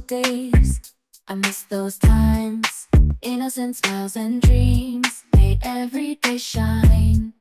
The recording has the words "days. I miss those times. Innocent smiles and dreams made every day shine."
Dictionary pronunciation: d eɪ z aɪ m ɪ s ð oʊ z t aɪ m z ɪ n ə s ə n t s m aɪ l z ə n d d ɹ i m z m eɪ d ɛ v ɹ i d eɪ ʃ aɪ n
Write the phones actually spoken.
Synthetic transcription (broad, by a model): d eɪ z aɪ m ɪ s ð oʊ z t aɪ m z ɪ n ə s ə n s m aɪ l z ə n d d ɹ i m z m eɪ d ɛ v ɹ i d eɪ ʃ aɪ n